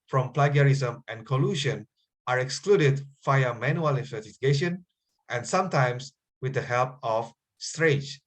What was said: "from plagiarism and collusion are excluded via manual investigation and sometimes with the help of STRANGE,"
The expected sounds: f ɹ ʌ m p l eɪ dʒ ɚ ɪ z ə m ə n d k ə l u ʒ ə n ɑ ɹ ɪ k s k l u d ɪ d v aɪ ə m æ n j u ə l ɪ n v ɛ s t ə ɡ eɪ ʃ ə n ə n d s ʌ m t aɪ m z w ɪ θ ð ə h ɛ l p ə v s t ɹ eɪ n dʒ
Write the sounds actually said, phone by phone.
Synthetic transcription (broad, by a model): f ɹ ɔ m p l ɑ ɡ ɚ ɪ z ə m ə n k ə l u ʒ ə n ɑ ɹ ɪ k s k l u d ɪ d f aɪ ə m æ n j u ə l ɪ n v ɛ s t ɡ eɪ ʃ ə n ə n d s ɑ m t aɪ m s w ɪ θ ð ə h ɛ l p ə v s t ɹ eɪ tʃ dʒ